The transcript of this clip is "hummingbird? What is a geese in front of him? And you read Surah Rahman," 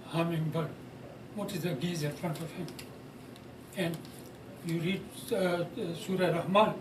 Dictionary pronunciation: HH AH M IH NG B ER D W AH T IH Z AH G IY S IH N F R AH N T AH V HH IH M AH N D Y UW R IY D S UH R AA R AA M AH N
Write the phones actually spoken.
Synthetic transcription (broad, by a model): HH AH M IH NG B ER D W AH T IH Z AH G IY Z IH N F R AH N T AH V HH IH M AH N D Y UW R IY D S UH R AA R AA M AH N